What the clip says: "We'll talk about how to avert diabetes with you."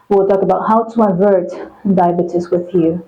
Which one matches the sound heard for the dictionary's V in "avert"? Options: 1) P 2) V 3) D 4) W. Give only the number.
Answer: 2